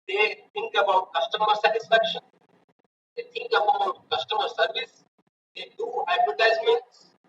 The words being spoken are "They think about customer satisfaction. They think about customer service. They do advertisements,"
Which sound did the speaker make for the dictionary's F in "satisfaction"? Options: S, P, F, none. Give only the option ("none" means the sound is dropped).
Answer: F